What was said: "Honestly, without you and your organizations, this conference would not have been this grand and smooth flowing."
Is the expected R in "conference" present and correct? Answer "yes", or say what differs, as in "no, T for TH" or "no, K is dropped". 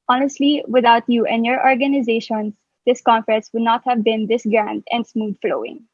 no, R is dropped